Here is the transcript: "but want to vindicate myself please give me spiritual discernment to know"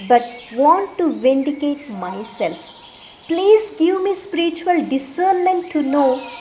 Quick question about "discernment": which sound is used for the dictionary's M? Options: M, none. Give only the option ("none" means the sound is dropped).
none